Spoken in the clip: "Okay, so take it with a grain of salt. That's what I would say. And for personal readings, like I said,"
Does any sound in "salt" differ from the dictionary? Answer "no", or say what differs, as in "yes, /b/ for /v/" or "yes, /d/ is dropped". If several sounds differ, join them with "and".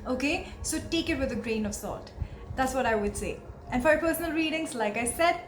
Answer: yes, /l/ is dropped